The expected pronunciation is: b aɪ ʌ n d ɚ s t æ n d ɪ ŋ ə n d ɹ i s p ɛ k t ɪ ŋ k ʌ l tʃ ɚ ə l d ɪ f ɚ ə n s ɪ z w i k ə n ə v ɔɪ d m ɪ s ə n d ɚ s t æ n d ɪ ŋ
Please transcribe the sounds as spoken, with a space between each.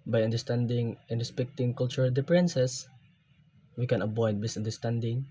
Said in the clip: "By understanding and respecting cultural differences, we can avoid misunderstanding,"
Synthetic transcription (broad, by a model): b aɪ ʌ n d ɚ s t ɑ n d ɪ ŋ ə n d ɹ i s p ɛ k t ɪ ŋ k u l tʃ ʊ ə l d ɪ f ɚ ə n s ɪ s w i k ə n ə b ɔɪ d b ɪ s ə n d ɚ s t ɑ n d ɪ ŋ